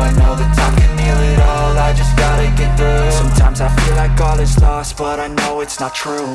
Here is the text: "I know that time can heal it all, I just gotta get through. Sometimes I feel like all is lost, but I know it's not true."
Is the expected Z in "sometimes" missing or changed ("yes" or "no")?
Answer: no